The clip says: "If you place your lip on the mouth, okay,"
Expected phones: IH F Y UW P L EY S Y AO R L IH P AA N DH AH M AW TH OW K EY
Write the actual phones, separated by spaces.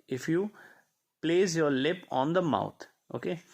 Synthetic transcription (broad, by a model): IH F Y UW P L EY S Y AO R L IH P AA N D AH M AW T OW K EY